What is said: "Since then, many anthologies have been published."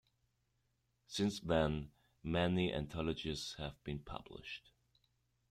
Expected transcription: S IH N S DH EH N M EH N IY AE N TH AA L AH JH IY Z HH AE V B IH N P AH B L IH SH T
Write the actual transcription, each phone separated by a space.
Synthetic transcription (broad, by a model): S IH N S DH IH N M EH N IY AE N T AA L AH JH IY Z HH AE V B IH N P AH B L IH SH T